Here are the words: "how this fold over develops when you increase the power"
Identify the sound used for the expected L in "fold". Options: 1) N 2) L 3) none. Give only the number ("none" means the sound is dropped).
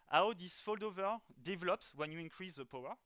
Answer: 2